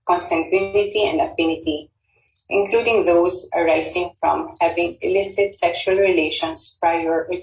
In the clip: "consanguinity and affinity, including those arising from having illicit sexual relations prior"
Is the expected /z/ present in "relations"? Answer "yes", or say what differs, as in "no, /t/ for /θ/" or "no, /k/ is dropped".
no, /s/ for /z/